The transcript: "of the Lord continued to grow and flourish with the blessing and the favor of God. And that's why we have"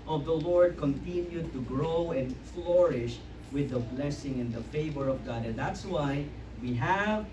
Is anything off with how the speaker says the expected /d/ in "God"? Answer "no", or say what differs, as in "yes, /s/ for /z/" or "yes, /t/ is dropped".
no